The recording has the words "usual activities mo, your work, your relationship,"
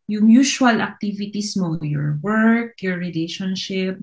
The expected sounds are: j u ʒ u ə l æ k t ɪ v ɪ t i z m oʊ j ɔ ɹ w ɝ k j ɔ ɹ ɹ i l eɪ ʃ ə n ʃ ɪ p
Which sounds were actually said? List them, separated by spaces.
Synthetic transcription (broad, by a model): j u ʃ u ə l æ k t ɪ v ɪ t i s m oʊ j ɔ ɹ w ɝ k j ɔ ɹ ɹ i l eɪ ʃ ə n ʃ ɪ p